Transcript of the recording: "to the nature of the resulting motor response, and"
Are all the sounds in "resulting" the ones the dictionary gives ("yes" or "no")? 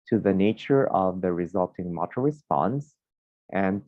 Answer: yes